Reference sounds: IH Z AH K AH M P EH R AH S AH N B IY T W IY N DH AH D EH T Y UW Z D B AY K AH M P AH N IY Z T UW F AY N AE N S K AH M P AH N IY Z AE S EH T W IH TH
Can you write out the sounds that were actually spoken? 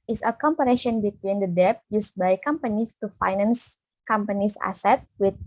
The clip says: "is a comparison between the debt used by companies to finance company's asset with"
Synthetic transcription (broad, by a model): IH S AH K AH M P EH R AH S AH N B IY T W IY N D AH D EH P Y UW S B AY K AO M P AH N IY T UW F AY N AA N S K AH M P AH N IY S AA S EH T W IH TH